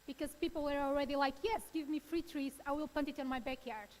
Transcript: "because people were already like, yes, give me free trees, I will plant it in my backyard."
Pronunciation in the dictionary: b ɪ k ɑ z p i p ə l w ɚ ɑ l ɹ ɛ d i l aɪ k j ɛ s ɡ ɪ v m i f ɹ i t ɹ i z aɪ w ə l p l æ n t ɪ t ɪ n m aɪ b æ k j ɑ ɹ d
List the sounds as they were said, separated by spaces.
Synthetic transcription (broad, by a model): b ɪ k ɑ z p i p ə l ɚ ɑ l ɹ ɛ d i l aɪ k j ɛ s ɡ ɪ v m i f ɹ i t ɹ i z aɪ w ə l p ʌ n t ɪ t ɪ n m aɪ b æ k j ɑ ɹ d